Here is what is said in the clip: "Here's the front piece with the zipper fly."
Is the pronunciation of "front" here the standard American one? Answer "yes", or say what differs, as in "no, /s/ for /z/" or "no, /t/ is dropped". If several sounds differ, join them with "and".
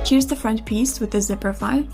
yes